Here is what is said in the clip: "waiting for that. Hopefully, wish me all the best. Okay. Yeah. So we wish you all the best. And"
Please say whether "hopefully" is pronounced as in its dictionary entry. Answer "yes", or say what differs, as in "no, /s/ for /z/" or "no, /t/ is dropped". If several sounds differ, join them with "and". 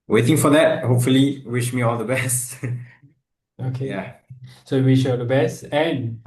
yes